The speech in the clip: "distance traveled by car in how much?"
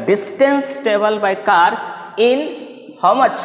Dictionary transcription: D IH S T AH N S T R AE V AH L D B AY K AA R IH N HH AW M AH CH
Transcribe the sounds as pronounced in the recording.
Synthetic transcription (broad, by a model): D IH S T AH N S T EH B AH L B AY K AA R IH N HH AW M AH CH